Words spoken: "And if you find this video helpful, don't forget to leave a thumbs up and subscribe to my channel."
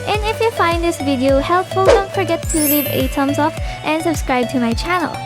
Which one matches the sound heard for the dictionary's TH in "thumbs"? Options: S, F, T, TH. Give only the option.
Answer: T